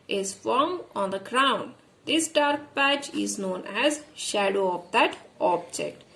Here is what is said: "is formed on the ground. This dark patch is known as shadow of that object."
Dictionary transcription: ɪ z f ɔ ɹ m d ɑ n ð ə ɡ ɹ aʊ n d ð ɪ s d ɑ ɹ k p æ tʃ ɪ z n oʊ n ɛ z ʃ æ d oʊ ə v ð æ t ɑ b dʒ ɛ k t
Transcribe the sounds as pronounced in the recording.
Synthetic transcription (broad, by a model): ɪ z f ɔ ɹ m ɑ n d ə ɡ ɹ aʊ n d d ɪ s d ɑ ɹ k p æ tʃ ɪ z n oʊ n ɛ z ʃ æ d oʊ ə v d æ t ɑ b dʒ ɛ k t